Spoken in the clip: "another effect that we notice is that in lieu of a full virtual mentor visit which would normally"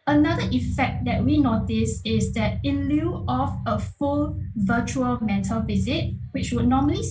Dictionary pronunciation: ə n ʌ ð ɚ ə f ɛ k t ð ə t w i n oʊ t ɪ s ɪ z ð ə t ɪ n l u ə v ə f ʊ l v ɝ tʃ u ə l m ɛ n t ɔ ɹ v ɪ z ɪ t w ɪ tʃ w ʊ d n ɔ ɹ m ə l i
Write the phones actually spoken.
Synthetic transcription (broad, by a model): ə n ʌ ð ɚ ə f ɛ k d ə t w i n oʊ t ɪ s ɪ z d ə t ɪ l u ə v ə f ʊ l v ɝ tʃ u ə l m ɛ t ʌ l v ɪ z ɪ t w ɪ tʃ w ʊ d n ɔ m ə l i